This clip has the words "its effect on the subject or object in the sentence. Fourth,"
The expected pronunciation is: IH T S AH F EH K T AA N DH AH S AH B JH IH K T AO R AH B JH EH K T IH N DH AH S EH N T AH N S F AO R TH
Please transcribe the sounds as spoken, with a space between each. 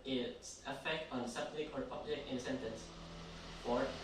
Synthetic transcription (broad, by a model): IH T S AH F EH K T AA N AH S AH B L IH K AO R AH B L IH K IH N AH S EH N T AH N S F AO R